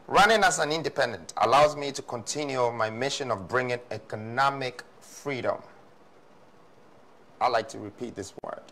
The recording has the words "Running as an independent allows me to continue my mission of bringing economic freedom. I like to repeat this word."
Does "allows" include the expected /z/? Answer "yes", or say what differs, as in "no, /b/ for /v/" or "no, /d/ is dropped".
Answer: yes